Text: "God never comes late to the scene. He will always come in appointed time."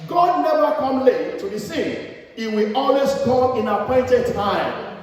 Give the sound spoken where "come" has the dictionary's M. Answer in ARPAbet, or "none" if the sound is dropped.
none